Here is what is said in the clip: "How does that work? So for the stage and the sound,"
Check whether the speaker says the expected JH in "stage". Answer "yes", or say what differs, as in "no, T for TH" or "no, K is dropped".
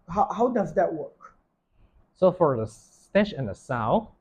no, SH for JH